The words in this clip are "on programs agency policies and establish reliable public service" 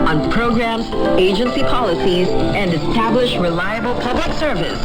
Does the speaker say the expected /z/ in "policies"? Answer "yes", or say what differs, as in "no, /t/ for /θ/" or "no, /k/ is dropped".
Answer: yes